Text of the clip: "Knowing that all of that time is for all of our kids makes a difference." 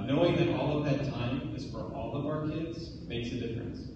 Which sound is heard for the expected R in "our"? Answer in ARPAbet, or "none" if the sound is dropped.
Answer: R